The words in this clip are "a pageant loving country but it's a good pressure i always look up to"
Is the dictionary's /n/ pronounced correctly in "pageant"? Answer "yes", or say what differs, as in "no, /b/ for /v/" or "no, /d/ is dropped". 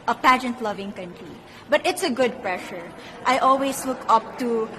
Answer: yes